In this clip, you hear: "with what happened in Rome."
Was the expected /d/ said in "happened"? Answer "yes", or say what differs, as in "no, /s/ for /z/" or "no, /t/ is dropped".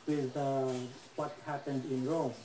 yes